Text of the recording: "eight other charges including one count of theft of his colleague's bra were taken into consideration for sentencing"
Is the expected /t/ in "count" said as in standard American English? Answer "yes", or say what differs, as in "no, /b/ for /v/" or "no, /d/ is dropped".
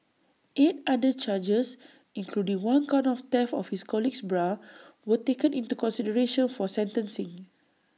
no, /t/ is dropped